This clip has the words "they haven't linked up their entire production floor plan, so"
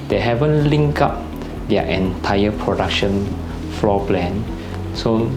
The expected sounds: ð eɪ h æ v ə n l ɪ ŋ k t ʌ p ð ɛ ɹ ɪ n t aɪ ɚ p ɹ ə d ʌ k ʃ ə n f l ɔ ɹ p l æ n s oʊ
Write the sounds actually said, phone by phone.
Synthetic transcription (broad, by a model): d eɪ h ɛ v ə n l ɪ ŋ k ɑ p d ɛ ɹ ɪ n t aɪ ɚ p ɹ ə d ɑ k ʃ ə n f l ɔ p l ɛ n s oʊ